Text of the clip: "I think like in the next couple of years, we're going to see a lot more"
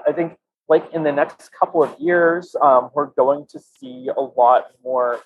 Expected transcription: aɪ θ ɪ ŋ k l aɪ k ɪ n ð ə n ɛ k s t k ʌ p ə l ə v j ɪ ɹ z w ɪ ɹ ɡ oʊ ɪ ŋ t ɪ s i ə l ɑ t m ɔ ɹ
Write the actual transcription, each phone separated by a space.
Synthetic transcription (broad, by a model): aɪ θ ɪ ŋ k l aɪ k ɪ n ð ə n ɛ k s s k ʌ p l ə v j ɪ ɹ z w ɪ ɹ ɡ oʊ ɪ ŋ t ɪ s i ə l ɑ t m ɔ ɹ